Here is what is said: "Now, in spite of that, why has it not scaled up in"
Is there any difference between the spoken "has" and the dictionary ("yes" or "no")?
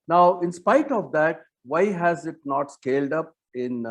no